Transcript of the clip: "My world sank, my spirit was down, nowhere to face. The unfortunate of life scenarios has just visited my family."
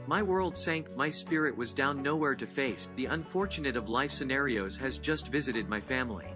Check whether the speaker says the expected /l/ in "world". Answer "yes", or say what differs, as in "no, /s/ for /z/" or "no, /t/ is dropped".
yes